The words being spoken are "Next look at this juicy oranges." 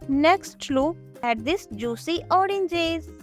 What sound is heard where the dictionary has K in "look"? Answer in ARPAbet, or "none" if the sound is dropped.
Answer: none